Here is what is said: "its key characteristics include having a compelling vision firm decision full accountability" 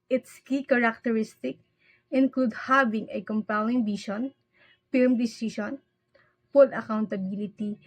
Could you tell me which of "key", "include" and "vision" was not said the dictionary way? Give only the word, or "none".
vision